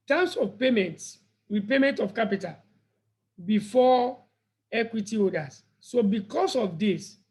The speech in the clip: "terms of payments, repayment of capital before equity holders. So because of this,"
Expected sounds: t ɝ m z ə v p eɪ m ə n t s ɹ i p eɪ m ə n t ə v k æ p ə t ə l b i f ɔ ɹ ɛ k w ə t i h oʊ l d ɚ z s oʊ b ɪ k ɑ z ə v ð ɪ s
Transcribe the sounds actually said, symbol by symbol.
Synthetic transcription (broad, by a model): t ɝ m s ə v p eɪ m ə n t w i p eɪ m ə n t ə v k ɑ p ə t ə l b i f ɔ ɛ k w ə t i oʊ d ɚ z s oʊ b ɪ k ɑ s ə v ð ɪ s